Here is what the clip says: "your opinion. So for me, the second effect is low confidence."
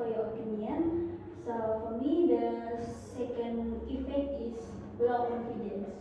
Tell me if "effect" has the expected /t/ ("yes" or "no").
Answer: no